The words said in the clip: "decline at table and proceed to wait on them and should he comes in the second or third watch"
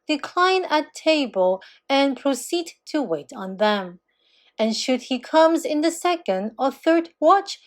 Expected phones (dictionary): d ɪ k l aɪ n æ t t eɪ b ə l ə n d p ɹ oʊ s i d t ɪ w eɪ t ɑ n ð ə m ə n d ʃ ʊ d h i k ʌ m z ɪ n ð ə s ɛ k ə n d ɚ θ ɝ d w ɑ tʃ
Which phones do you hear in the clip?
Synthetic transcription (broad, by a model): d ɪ k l aɪ n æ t t eɪ b ə l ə n p ɹ oʊ s i d t ɪ w eɪ t n ð ə m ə n ʃ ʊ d h i k ʌ m z ɪ n ð ə s ɛ k ə n d ɚ θ ɝ d w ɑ tʃ